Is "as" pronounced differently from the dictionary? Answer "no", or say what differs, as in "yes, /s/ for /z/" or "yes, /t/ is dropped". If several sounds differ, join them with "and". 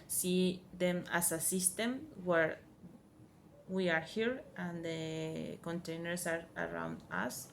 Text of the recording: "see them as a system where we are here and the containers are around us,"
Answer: yes, /s/ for /z/